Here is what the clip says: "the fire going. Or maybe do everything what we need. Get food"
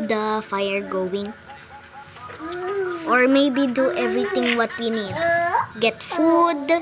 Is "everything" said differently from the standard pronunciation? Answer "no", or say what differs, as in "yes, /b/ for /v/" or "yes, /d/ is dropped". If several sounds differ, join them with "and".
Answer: yes, /t/ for /θ/